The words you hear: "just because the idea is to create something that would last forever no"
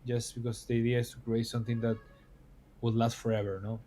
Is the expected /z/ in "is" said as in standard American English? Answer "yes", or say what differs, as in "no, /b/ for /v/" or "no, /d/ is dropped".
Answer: no, /s/ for /z/